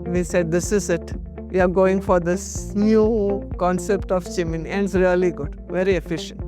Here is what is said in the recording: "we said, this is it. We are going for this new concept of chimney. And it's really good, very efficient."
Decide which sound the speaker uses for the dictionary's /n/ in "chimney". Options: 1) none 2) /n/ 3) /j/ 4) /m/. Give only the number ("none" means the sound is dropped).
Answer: 1